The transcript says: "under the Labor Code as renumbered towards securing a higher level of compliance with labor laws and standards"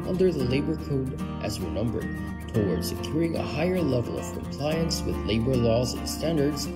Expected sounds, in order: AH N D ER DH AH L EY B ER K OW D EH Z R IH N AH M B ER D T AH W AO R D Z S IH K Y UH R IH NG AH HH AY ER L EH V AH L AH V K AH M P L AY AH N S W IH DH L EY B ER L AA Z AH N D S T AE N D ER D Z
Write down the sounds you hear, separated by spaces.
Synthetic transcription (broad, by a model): AH N D ER DH AH L EY B ER K OW D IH Z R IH N AH M B ER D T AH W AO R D S IH K Y UH R IH NG AH HH AY ER L EH V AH L AH V K AH M P L AY AH N S W IH DH L EY B ER L AA Z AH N S T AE N D ER D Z